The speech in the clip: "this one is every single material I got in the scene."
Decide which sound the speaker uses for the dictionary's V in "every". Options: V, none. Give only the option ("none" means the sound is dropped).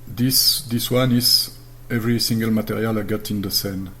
V